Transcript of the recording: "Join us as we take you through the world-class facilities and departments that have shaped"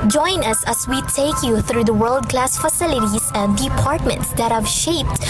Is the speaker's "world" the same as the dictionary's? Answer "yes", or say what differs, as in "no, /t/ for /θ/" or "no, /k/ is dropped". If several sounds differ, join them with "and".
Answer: yes